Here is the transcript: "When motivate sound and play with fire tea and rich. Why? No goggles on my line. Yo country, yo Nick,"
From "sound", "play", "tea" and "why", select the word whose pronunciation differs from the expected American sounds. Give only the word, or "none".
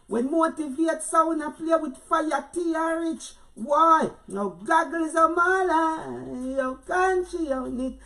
sound